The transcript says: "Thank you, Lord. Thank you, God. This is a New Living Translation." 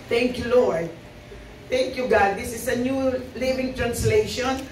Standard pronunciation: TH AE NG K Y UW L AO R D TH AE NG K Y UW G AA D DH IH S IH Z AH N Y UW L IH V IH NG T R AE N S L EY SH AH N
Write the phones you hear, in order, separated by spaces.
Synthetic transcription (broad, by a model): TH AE NG K Y UW L AO R D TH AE NG K Y UW G AA D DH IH S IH S AH N Y UW L IH V IH NG T R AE N S L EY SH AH N